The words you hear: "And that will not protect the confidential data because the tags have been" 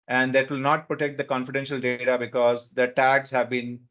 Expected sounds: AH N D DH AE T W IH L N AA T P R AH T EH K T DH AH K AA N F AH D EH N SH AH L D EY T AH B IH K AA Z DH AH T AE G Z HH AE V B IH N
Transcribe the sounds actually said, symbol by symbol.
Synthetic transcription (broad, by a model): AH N D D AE T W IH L N AA T P R AH T EH K T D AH K AA N F AH D EH N SH AH L D EY T AH B IH K AA Z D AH T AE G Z HH AE V B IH N